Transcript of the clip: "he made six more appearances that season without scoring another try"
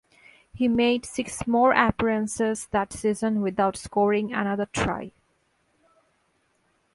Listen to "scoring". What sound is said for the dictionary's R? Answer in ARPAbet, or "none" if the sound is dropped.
R